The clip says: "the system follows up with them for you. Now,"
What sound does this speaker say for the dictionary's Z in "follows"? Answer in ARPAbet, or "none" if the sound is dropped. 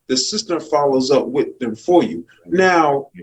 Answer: Z